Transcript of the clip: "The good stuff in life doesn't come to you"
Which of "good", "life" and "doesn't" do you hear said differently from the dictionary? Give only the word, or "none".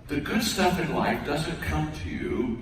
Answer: none